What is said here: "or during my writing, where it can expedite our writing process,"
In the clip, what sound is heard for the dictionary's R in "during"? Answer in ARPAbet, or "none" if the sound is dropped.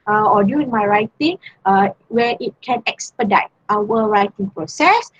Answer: none